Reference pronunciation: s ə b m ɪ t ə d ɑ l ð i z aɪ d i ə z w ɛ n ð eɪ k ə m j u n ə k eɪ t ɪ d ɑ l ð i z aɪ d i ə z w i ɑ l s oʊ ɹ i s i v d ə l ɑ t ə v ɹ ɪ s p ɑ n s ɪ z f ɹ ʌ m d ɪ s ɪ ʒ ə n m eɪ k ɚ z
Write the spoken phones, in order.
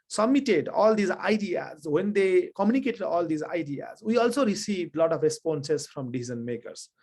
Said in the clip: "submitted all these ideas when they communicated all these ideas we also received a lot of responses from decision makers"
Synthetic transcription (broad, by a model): s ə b m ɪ t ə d ɑ l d i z aɪ d i ə z w ɛ n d eɪ k ə m j u n ə k eɪ t ɪ d ɑ l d i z aɪ d i ə z w i ɑ l s oʊ ɹ i s i v d l ɑ t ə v ɹ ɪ s p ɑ n s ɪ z f ɹ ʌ m d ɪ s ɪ z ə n m eɪ k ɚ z